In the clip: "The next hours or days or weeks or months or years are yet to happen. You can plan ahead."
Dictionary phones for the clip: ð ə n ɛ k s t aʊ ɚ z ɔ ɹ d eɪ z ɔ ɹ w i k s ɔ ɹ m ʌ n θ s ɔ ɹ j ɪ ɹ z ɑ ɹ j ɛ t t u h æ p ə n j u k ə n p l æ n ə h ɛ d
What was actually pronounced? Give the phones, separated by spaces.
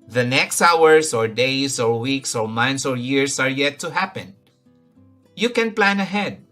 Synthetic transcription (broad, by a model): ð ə n ɛ k s t aʊ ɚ s ɔ ɹ d eɪ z ɔ ɹ w i k s ɔ ɹ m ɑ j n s ɔ ɹ j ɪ ɹ s ɑ ɹ j ɛ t t u h æ p ə n j u k ə n p l æ n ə h ɛ d